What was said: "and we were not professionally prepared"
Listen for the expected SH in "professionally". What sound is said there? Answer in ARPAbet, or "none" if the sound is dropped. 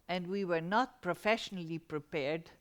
SH